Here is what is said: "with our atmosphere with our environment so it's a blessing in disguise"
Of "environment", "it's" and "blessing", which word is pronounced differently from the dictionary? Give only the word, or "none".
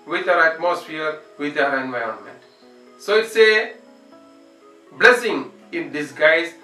none